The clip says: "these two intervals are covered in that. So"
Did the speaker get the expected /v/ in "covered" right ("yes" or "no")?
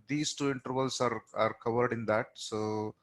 yes